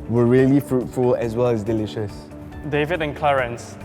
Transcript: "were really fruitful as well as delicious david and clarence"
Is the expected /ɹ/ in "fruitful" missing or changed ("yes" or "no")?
no